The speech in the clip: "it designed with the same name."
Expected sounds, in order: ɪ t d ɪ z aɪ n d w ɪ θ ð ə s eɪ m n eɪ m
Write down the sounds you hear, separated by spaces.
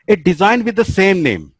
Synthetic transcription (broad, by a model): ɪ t d ɪ z aɪ n d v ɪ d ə s eɪ m n eɪ m